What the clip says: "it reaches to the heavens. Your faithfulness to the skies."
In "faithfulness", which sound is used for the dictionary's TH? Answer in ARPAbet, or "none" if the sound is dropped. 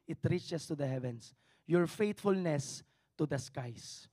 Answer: T